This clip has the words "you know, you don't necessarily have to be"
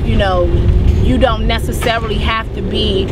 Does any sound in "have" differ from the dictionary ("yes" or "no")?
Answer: yes